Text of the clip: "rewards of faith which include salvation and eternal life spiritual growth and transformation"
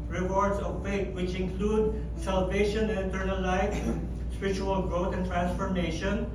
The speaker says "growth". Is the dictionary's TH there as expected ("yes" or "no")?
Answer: no